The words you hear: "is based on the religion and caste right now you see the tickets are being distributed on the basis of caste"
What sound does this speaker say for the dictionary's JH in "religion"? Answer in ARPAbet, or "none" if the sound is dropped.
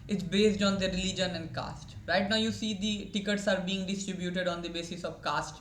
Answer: JH